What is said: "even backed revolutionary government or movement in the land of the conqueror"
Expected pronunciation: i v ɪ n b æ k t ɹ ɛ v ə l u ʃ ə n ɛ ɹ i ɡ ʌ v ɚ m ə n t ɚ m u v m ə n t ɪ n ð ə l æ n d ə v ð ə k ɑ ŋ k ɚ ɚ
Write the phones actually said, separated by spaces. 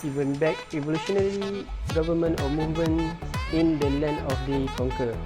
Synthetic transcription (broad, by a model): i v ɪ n b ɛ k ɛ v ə l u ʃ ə n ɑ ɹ i ɡ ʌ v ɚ m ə n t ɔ m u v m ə n ɪ n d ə l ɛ n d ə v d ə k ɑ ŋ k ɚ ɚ